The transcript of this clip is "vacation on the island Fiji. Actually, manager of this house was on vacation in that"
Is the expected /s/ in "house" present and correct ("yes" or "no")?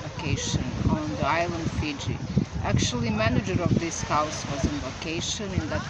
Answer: yes